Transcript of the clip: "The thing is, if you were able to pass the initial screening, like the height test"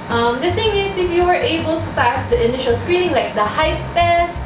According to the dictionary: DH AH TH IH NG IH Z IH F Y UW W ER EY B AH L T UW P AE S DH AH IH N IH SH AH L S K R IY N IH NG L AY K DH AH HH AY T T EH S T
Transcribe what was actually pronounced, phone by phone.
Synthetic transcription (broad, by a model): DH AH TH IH NG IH S IH F Y UW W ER EY B AH L T UW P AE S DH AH IH N IH SH AH L S K R IY N IH NG L AY K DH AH HH AY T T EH S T